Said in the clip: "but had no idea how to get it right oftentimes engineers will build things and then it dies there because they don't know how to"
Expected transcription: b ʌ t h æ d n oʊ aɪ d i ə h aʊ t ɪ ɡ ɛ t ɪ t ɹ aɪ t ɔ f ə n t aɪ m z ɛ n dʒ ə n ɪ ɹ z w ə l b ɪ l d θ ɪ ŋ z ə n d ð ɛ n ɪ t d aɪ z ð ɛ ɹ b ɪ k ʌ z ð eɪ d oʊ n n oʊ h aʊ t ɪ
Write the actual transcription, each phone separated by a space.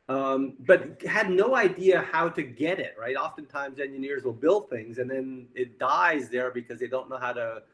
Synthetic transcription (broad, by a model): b ʌ t h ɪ d n oʊ aɪ d i ə h aʊ t ɪ ɡ ɛ t ɪ t ɹ aɪ t ɔ f ə n t aɪ m z ɛ n dʒ ə n ɪ ɹ z w ə l b ɪ l d θ ɪ ŋ z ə n ð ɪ n ɪ t d aɪ z ð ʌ ɹ b ɪ k ʌ z ð eɪ d oʊ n n oʊ h aʊ t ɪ